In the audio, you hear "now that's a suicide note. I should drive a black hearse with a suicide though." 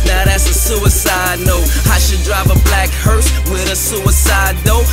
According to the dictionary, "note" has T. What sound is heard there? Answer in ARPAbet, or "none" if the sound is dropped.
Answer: none